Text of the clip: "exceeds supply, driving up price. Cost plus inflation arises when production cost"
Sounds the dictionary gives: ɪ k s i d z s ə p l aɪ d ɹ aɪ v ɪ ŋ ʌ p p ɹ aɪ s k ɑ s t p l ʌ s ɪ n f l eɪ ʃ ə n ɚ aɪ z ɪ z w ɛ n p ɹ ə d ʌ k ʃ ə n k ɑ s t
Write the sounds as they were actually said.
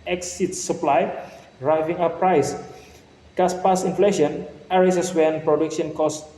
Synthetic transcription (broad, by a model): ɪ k s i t s ə p l aɪ d ɹ aɪ v ɪ ŋ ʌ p p ɹ aɪ s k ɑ s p ɑ s ɪ n f l eɪ ʃ ə n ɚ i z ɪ s w ɛ n p ɹ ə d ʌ k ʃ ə n k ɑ s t